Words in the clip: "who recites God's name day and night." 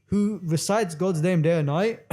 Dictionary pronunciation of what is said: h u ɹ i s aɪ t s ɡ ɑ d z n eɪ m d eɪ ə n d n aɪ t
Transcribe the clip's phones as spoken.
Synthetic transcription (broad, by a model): h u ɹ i s aɪ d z ɡ ɑ d z n eɪ m d eɪ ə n n aɪ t